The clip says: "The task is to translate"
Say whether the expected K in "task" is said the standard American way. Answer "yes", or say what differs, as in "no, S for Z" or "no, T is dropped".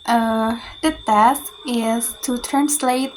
no, K is dropped